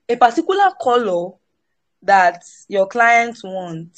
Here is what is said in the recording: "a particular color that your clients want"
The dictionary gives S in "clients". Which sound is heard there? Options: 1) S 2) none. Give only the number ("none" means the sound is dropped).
2